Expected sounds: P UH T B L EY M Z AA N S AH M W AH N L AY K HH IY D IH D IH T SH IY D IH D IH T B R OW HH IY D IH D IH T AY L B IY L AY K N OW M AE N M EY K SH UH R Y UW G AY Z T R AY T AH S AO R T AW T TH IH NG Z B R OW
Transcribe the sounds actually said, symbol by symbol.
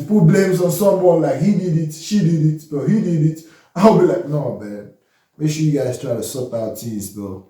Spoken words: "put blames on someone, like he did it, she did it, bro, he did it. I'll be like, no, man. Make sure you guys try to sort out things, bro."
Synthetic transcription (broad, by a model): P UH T B L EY M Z AA N S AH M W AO L AY K HH IY D IH D IH T SH IY D IH D IH T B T HH IY D IH D IH T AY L B IY L AY K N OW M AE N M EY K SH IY Y UW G AY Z T R AY T AH S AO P AW T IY Z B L